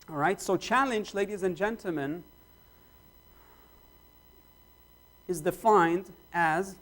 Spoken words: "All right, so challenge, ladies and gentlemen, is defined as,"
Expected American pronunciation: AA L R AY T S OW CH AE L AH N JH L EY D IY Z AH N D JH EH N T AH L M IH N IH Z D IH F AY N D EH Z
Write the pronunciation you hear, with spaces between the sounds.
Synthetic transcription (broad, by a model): R AY T S OW CH AE L AH N JH L EY D IY Z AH N JH EH N T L M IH N IH Z D IH F AY N D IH Z